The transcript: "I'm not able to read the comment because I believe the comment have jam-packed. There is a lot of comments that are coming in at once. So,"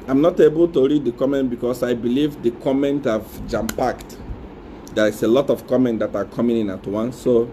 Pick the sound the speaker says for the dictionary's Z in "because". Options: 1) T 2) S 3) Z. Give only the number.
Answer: 2